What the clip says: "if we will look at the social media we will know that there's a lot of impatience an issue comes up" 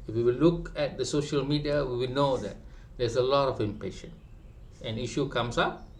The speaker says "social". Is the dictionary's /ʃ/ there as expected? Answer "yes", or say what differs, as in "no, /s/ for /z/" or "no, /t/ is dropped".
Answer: yes